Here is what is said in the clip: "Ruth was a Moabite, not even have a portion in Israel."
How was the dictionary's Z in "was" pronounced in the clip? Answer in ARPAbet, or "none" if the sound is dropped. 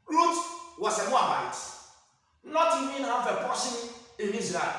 S